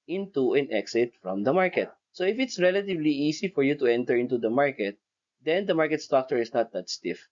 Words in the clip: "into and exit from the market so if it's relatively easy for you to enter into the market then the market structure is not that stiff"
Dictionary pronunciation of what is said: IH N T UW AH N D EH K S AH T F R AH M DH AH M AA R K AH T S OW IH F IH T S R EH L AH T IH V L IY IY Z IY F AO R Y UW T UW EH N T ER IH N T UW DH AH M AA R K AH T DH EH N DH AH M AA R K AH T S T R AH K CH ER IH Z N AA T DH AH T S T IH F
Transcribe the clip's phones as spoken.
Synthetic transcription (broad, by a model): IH N T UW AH N EH K S AH T F R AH M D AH M AA R K AH T S OW IH F IH T S R EH L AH T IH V L IY IY S IY F AO R Y UW T UW EH N T ER IH N T UW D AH M AA R K AH T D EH N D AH M AA R K AH T S T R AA K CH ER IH S N AA T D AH T S T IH F